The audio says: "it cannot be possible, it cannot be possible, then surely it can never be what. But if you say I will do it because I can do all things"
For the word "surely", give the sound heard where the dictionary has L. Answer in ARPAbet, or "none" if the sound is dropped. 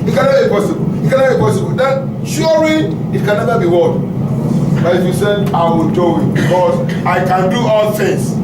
none